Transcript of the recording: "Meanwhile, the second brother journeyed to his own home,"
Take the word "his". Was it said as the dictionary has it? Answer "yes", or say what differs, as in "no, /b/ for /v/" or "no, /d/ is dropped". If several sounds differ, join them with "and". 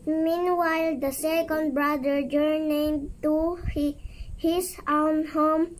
no, /s/ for /z/